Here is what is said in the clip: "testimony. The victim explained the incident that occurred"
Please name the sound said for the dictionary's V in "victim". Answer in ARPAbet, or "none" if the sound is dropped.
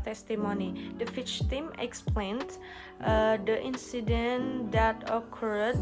F